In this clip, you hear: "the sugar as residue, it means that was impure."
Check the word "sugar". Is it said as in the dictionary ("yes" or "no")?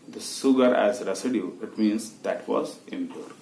no